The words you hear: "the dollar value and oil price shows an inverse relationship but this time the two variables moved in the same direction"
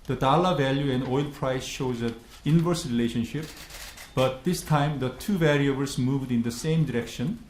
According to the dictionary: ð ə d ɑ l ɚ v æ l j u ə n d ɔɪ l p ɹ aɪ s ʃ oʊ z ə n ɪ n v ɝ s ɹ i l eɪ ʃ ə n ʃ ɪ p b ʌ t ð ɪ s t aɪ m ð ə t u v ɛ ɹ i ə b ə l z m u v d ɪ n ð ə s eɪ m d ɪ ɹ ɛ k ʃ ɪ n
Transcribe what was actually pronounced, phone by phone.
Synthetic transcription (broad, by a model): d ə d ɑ l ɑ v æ l j u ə n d ɔɪ l p ɹ aɪ s ʃ oʊ z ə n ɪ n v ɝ s ɹ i l eɪ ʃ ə n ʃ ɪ p b ʌ t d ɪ s t aɪ m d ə t u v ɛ ɹ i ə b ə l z m u v d ɪ n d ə s eɪ m d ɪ ɹ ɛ k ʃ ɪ n